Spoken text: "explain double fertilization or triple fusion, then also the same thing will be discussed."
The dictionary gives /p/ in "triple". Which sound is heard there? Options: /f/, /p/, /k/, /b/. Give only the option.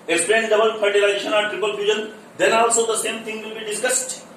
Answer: /p/